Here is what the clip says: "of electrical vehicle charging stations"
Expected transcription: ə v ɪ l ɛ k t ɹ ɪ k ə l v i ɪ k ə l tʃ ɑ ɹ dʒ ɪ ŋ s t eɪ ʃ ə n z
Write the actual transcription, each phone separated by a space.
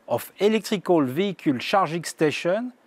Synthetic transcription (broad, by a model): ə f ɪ l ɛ k t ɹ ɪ k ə l v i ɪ k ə l ʃ ɑ ɹ ʒ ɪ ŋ s t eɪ ʃ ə n